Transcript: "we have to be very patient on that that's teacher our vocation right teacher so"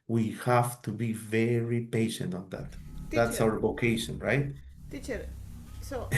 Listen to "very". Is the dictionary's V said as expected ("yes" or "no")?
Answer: yes